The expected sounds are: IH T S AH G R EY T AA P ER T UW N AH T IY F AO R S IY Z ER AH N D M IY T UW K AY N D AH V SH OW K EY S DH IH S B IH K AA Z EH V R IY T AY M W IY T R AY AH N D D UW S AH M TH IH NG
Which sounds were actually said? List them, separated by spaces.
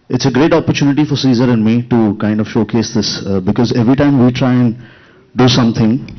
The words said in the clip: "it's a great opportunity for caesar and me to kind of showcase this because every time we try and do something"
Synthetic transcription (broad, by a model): IH T S AH G R EY T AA P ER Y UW N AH T IY F AO R S IY Z ER AH N D M IY T UW K AY N D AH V SH OW K EY S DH IH S B IH K AA Z EH V R IY T AY M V IY T R AY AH N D D UW S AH M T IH NG